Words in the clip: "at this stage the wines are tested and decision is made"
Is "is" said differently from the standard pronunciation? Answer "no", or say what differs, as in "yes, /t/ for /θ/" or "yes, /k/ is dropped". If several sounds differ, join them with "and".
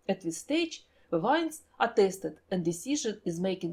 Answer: no